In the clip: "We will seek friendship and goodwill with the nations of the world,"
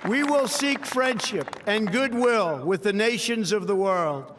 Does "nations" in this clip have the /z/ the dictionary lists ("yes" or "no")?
yes